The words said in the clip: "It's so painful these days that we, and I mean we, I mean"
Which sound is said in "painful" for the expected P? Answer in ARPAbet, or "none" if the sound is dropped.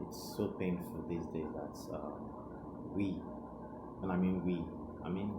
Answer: P